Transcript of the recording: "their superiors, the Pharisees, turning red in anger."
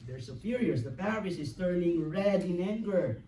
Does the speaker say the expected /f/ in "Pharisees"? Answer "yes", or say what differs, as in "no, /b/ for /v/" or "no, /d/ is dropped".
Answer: no, /p/ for /f/